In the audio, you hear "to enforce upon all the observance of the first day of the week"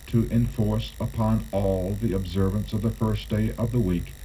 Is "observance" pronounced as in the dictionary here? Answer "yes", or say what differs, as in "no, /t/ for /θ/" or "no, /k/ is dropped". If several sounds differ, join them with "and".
yes